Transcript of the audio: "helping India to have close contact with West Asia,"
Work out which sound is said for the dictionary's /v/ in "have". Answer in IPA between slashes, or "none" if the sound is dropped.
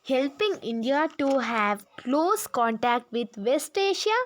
/v/